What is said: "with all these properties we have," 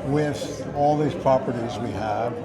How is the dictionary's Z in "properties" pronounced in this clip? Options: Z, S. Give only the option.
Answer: Z